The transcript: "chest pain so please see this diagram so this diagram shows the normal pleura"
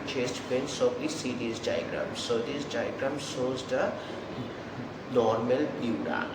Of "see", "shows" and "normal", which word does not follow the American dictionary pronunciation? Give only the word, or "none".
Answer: shows